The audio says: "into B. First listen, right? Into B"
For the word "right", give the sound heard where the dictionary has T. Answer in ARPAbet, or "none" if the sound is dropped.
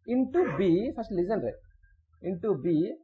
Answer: none